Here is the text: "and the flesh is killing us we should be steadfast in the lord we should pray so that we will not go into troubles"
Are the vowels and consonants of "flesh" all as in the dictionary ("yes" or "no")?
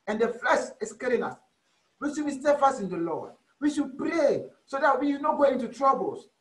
no